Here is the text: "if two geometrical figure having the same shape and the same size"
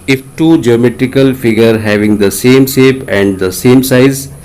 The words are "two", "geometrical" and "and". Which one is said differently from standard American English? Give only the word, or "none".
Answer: none